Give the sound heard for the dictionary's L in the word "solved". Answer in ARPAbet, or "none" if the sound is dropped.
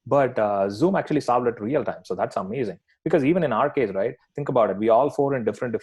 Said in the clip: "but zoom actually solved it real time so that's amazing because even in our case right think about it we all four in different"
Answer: none